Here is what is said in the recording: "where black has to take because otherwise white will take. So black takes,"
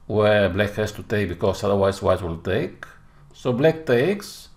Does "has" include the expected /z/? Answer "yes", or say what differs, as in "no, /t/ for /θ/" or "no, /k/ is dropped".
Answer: no, /s/ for /z/